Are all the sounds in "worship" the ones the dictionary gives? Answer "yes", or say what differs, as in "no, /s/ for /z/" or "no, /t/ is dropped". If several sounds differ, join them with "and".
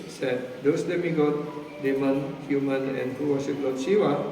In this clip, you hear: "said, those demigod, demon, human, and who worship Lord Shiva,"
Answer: no, /s/ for /ʃ/